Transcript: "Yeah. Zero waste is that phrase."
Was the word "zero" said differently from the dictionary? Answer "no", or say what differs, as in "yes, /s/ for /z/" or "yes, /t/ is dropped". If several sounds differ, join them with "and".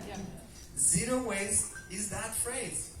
no